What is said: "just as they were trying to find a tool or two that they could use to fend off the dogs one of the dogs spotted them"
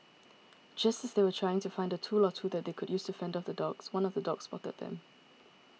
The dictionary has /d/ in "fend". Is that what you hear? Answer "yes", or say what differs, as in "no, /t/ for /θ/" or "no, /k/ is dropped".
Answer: yes